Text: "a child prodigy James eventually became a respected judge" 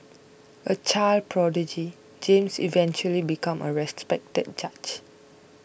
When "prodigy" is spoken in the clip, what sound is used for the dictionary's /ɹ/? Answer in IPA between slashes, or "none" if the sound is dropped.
/ɹ/